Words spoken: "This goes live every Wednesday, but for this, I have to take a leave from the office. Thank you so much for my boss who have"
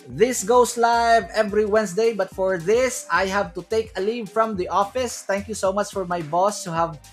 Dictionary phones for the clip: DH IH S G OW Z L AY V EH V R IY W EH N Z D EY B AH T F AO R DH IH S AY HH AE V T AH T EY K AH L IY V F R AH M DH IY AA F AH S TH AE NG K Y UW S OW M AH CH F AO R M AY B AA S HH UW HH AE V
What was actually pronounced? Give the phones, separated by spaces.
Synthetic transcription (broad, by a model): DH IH S G OW S L AY V EH V R IY W EH N S D EY B AH T F AO R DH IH S AY HH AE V T AH T EY K AH L IY V F R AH M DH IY AA F AH S T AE NG K Y UW S OW M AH CH F AO R M AY B AA S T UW HH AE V